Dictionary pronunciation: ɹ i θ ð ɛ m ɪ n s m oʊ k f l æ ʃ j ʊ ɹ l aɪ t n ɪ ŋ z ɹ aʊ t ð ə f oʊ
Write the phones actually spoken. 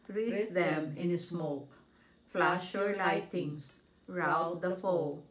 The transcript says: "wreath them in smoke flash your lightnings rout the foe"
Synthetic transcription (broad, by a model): ɹ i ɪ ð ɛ m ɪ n s m oʊ k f l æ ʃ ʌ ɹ l aɪ t ɪ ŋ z ɹ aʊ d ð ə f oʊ